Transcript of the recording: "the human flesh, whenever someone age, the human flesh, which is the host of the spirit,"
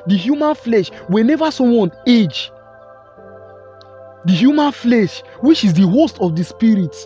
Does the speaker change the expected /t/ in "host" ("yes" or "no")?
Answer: no